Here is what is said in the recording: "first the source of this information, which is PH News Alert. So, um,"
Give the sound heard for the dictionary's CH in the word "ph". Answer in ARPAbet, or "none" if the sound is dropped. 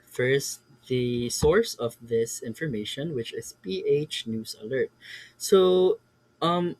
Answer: CH